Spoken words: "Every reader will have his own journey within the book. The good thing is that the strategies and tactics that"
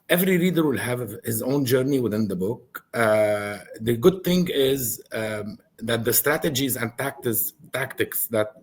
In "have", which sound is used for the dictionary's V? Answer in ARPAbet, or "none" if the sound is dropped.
V